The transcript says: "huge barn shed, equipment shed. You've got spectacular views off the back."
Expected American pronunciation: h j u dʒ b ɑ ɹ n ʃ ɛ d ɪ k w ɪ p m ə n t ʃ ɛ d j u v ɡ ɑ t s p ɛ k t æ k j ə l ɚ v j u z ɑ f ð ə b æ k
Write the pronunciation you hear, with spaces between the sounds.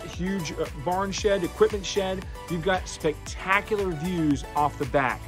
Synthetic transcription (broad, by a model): h j u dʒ b ɑ ɹ n ʃ ɛ d ɪ k w ɪ p m ə n t ʃ ɛ d j u v ɡ ɑ t s p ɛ k t æ k j l ɚ v j u z ɑ f ð ə b æ k